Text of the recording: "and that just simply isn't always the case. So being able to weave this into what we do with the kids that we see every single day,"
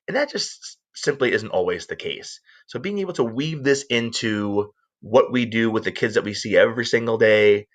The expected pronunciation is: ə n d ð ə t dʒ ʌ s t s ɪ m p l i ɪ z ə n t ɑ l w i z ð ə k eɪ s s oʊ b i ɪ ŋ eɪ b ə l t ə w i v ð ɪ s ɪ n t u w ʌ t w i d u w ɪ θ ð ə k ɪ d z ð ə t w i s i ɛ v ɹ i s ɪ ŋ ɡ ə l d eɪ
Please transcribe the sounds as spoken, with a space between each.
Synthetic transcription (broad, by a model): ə n ð ə t dʒ ʌ s t s ɪ m p l i ɪ z n t ɑ l w i z ð ə k eɪ s s oʊ b i ɪ ŋ eɪ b l t ə w i v ð ɪ s ɪ n t u w ʌ t w i d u w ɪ ð ə k ɪ d z ð ə t w i s i ɛ v ɹ i s ɪ ŋ ɡ l d eɪ